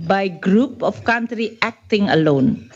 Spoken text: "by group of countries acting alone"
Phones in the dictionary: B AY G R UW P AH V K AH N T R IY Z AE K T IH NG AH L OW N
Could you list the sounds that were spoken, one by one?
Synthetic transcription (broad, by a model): B AY G R UW P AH F K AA N T R IY AE K T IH NG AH L OW N